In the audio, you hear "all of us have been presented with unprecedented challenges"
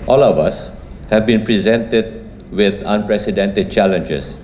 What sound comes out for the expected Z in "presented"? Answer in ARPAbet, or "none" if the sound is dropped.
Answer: Z